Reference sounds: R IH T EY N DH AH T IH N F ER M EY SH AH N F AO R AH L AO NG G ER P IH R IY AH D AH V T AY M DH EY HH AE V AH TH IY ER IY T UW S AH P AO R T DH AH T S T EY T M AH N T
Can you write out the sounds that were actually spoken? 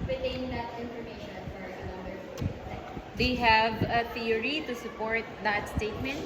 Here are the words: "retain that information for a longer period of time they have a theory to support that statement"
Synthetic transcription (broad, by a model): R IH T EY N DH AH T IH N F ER M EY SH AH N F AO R AH N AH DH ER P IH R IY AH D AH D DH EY HH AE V AH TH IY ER IY T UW S AH P AO R T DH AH T S T EY T M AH N T